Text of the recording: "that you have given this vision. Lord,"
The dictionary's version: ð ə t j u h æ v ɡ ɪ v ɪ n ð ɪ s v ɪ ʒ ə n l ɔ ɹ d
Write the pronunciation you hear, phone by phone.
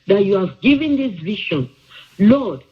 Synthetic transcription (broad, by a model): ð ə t j u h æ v ɡ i v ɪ n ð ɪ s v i ʃ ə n l ɔ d